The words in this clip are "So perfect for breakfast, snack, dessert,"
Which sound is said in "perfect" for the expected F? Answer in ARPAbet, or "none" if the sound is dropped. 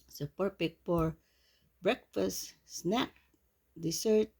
P